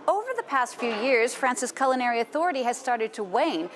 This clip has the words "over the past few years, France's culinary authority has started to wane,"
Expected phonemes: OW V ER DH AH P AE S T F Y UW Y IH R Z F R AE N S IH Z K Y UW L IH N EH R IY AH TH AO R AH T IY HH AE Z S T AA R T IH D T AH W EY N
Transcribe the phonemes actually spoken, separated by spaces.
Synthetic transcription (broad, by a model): OW V ER DH AH P AE S T F Y UW Y IH R Z F R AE N S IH S K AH L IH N EH R IY AH TH AO R AH T IY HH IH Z S T AA R T IH D T AH W EY N